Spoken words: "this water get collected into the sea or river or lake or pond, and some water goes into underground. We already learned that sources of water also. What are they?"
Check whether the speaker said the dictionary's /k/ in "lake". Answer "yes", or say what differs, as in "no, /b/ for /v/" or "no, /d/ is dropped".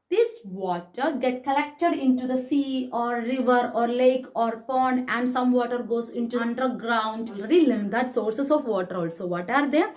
yes